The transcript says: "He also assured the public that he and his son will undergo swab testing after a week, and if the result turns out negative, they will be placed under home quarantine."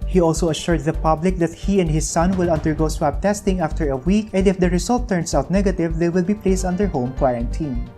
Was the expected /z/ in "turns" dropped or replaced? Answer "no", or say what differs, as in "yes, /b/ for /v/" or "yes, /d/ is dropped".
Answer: yes, /s/ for /z/